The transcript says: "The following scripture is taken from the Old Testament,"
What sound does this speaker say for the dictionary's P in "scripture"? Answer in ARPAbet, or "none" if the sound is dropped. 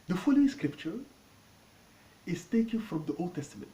P